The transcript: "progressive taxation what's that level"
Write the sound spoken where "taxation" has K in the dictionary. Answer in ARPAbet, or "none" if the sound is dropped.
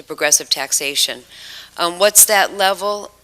K